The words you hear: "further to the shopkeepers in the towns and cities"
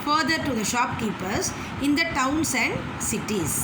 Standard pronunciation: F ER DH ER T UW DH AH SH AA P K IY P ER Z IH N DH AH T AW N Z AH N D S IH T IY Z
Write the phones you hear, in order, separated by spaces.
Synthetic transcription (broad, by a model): F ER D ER T UW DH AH SH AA P K IY P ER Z IH N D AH T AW N S AH N D S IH T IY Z